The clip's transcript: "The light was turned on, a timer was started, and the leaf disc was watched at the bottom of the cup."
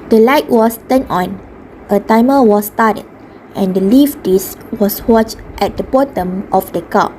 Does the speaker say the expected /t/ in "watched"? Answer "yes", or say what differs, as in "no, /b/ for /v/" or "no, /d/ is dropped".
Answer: yes